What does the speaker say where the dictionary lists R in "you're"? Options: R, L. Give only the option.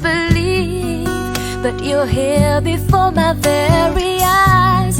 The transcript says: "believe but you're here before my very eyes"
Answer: L